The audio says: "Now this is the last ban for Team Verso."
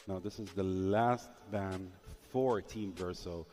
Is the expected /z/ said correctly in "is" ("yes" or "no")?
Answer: yes